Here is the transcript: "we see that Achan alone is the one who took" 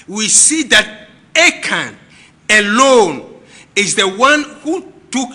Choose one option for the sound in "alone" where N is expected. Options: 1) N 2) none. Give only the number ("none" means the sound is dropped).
1